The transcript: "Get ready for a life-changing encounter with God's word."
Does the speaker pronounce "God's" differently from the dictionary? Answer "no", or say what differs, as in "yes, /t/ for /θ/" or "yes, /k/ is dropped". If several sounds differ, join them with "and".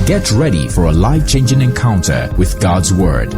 no